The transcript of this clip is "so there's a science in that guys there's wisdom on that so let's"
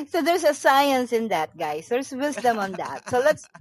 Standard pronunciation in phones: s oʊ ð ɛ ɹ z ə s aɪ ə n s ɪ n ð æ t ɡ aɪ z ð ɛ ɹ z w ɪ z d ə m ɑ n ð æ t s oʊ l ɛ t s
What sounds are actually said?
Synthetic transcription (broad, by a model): s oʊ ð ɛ ɹ s ə s aɪ ə n s ɪ n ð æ t ɡ aɪ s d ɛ ɹ s w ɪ s d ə m ɑ n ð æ t s oʊ l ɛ t s